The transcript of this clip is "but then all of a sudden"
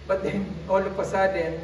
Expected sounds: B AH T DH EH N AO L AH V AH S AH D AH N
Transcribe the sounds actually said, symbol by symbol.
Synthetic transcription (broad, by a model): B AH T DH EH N AO L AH P AH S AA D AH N